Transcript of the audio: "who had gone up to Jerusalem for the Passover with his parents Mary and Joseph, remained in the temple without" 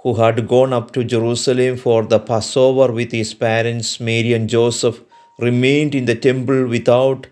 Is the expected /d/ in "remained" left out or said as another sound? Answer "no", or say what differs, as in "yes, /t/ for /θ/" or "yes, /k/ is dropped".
no